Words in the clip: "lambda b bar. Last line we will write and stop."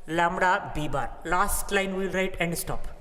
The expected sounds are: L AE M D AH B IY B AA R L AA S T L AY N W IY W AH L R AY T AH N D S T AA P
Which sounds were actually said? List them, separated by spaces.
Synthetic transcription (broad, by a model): L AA M D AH B IY B AA R L AA S T L AY N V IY L R AY T AH N D S T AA P